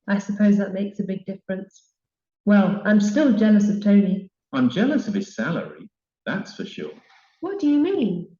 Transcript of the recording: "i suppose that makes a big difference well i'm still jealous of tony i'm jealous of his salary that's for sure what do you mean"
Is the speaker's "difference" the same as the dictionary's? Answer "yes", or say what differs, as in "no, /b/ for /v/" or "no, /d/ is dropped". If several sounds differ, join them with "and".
yes